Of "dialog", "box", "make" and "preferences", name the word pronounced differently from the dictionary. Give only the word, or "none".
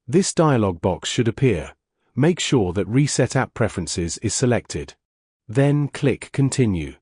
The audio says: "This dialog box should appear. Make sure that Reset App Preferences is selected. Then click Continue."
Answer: none